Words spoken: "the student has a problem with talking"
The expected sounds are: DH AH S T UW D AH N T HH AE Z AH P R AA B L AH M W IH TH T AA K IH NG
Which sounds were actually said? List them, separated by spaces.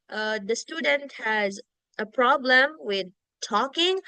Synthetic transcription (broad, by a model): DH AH S T UW D AH N T HH AE Z AH P R AA B L AH M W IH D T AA K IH NG